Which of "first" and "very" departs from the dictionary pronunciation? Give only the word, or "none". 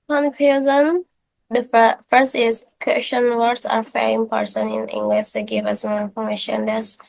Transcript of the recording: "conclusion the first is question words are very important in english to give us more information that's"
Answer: very